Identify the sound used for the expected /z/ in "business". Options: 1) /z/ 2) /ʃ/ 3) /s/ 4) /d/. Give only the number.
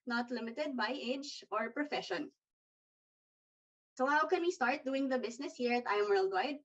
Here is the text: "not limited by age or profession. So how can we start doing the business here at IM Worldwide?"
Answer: 3